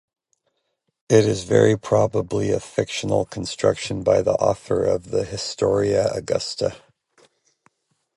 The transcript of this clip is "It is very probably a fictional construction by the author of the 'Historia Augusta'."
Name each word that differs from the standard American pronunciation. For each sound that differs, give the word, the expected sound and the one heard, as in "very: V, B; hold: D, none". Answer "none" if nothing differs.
none